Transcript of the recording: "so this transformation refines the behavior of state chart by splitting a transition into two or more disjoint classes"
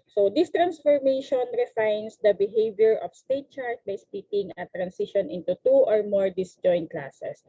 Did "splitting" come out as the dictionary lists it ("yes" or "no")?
no